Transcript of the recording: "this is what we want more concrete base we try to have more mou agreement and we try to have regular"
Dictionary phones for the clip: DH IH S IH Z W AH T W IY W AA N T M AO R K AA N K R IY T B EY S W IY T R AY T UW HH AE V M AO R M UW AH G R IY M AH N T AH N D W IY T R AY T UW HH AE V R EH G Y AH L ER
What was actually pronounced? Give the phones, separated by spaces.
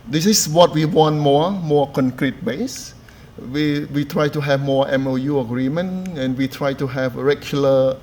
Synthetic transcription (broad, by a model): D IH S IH S W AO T W IY W AA N T M AO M K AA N K R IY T B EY S W IY T R AY T UW HH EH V M AO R M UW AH G R IY M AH N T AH N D W IY T R AY T UW HH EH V R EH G Y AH L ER